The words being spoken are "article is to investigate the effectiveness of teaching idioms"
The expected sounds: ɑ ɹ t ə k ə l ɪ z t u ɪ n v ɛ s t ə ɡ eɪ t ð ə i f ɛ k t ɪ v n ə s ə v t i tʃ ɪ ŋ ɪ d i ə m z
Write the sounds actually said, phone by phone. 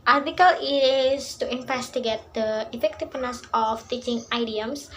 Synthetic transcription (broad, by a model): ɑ ɹ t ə k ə l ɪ s t u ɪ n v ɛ s t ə ɡ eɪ t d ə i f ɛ k t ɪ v n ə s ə f t i tʃ ɪ ŋ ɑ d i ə m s